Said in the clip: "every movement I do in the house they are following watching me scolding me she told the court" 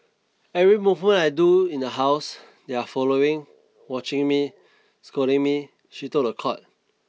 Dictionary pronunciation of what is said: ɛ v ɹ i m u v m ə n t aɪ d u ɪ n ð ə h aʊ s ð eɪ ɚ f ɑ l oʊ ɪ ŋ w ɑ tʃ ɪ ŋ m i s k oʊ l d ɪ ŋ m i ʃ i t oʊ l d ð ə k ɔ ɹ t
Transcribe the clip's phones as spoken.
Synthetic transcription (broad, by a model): ɛ v ɹ i m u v m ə n aɪ d u ɪ n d ə h aʊ s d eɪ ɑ f ɑ l oʊ ɪ ŋ w ɑ tʃ ɪ ŋ m i s k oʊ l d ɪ ŋ m i ʃ i t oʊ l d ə k ɔ t